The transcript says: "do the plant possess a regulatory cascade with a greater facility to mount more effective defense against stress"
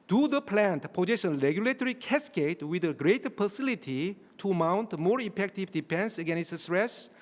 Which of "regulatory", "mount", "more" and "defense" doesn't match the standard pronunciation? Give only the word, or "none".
defense